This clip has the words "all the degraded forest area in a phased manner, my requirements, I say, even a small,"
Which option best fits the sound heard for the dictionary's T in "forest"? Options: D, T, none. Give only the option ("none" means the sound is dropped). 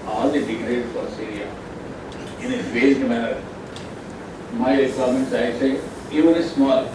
none